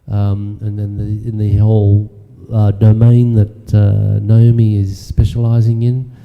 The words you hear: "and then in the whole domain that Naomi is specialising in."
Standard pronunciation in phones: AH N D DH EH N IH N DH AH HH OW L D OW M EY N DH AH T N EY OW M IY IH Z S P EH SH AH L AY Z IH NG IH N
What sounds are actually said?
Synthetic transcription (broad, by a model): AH N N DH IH IH N DH AH HH OW L D OW M EY N DH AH T N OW M IY IH Z S P EH SH AH L AY Z IH NG IH N